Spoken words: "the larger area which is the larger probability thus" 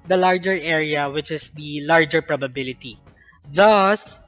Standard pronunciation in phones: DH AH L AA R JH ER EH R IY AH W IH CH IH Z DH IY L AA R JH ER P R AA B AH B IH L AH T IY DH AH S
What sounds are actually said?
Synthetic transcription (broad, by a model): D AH L AA R JH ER EH R IY AH W IH CH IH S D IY L AA R JH ER P R AA B AH B IH L AH T IY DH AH S